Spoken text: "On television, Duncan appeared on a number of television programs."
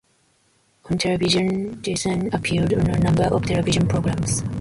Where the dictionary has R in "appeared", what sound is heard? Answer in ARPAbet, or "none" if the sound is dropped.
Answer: L